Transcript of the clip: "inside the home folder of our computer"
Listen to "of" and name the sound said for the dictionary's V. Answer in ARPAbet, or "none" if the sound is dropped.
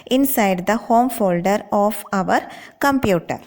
V